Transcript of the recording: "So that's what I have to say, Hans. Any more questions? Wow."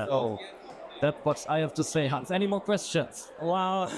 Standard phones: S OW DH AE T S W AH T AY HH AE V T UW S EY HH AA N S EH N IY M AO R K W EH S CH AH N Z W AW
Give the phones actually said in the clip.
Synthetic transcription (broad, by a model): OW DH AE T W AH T AY HH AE F T UW S EY HH AA N S EH N IY M AO K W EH S CH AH N S W AW